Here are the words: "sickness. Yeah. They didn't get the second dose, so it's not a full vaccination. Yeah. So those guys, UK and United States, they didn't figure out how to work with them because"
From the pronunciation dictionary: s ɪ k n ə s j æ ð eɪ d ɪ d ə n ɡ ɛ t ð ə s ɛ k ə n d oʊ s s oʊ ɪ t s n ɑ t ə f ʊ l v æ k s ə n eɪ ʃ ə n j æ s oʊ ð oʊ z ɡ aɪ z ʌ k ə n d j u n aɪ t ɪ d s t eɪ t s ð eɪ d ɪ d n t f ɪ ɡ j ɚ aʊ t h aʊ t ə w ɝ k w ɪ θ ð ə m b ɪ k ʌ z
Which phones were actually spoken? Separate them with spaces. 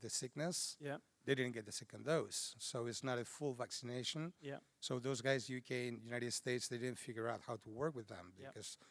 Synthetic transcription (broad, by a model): s ɪ k n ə s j ð eɪ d ɪ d n ɡ ɛ t ð ə s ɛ k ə n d oʊ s s oʊ ɪ t s n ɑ t ə f ʊ l v æ k s ə n eɪ ʃ ə n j s oʊ ð oʊ z ɡ aɪ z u k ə n j u n aɪ t ɪ d s t eɪ t s ð eɪ d ɪ d n t f ɪ ɡ j ɚ aʊ t h aʊ t ə w ɝ k w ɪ ð ə m b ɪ k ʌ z